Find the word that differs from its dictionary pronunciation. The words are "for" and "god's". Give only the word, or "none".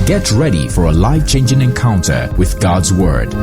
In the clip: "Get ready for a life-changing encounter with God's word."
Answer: none